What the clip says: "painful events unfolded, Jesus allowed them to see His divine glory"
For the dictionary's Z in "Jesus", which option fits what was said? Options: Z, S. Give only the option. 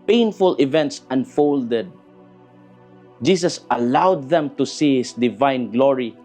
S